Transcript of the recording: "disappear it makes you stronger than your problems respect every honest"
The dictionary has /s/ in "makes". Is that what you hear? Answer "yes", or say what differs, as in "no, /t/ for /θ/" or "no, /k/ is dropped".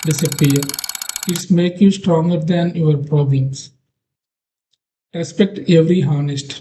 no, /s/ is dropped